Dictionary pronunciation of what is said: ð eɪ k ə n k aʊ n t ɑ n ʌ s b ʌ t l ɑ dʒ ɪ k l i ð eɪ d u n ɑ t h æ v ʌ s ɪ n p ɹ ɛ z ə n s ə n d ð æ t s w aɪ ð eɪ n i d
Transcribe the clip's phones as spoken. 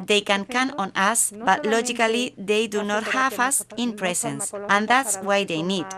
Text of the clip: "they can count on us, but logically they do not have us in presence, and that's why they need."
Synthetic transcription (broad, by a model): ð eɪ k ə n k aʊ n ɑ n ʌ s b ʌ t l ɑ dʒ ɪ k l i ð eɪ d u n ɑ t h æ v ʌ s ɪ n p ɹ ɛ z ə n s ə n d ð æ t s w aɪ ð eɪ n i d